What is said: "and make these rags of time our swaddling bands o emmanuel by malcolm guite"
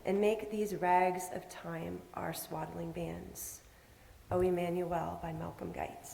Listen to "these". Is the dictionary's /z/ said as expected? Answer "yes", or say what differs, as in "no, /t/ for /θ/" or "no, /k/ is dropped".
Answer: yes